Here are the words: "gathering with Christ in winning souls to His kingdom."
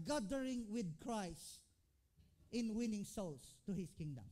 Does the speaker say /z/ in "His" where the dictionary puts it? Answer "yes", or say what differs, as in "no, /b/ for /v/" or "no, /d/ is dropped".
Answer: no, /s/ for /z/